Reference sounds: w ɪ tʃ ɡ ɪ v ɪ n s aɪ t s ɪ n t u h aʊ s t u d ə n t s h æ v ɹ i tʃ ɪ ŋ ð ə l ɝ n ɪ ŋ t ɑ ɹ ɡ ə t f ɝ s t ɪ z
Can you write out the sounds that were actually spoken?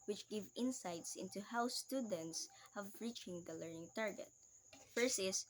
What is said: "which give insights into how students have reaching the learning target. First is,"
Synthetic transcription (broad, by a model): w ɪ tʃ ɡ ɪ v ɪ n s aɪ t s ɪ n t u h aʊ s t u d ə n t s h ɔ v ɹ i tʃ ɪ ŋ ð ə l ɝ n ɪ ŋ t ɑ ɹ ɡ ə t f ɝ s ɪ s